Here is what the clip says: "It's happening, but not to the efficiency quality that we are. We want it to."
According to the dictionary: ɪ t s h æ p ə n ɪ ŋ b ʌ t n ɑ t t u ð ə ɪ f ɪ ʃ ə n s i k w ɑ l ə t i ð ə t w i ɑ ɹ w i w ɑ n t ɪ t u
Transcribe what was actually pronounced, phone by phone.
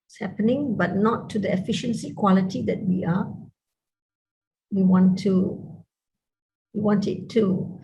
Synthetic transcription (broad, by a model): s h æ p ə n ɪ ŋ b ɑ t n ɑ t t u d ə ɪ f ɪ ʃ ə n s i k w ɑ l ə t i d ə t w i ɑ w w i w ɑ n t ɪ t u